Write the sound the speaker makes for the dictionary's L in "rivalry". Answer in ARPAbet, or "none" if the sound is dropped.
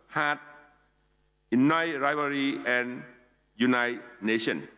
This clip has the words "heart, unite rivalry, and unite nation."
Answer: none